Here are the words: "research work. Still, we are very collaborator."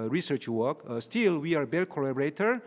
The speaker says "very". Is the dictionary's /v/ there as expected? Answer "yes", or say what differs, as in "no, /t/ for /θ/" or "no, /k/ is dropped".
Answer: no, /b/ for /v/